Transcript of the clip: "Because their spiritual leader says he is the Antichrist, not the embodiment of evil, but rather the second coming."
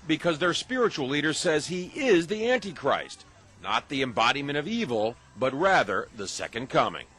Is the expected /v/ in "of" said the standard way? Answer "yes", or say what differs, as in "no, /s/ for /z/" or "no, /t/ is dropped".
yes